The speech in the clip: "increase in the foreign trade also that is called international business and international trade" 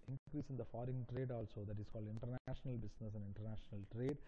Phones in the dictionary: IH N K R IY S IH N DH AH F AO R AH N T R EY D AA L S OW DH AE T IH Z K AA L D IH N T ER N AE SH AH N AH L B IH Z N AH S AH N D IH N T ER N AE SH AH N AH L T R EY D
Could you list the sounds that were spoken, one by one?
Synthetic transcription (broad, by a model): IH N K R IY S IH N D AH F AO R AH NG T R EY D AA L S OW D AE T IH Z K AA L D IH N T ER N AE SH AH N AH L B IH S N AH S AH N D IH N T ER N AE SH AH N AH L T R EY D